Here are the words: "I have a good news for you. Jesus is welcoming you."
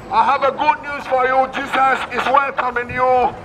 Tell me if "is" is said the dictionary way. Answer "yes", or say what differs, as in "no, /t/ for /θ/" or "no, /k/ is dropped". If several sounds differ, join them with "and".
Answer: no, /s/ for /z/